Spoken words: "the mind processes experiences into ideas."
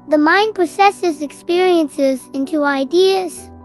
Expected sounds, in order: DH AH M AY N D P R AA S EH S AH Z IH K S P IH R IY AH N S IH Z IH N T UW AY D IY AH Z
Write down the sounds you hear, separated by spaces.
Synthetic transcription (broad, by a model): DH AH M AY N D P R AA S EH S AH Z IH K S P IH R IY AH N S IH Z IH N T UW AY D IY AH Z